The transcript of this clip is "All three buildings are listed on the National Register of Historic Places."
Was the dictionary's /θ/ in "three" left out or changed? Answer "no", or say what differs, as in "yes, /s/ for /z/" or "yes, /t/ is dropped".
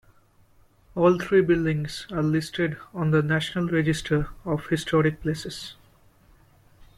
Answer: yes, /t/ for /θ/